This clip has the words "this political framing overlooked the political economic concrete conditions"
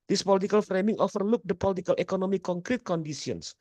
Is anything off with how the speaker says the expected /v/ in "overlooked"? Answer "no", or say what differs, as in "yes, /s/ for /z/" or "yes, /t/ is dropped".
yes, /f/ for /v/